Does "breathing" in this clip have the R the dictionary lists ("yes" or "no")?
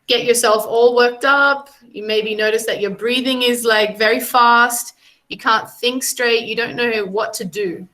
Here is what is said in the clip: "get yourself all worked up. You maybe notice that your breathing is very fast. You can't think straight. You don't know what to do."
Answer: yes